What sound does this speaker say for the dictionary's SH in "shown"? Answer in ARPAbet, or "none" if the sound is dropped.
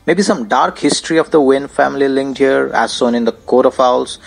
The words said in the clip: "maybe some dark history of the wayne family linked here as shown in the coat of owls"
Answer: S